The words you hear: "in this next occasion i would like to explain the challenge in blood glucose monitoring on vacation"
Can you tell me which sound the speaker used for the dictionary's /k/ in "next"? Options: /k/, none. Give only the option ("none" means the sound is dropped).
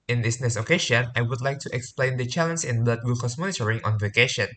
none